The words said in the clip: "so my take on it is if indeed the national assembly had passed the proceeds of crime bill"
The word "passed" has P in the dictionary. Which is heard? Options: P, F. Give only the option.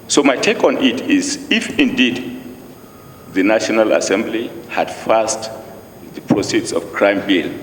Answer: F